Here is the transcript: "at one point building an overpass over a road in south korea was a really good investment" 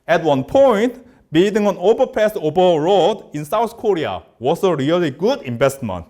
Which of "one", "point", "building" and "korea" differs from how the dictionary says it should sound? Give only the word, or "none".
building